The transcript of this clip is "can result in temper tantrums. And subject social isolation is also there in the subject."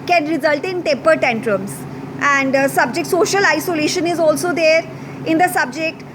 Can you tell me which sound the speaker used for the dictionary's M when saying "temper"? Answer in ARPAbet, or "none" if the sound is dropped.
none